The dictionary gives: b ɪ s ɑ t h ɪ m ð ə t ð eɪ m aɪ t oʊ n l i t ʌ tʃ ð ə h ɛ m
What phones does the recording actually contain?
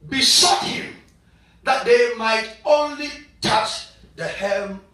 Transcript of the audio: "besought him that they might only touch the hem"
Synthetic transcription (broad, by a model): b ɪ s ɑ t h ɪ m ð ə t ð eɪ m aɪ t oʊ n l i t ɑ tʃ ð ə h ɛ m